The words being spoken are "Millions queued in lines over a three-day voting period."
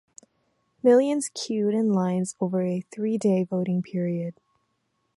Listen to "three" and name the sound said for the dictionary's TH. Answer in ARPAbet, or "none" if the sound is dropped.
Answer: TH